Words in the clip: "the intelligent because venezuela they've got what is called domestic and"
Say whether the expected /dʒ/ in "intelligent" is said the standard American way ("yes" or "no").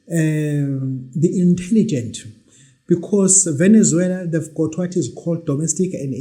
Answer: yes